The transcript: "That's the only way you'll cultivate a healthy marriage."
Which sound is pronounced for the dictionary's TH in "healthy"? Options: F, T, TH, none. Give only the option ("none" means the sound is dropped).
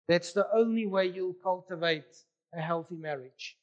TH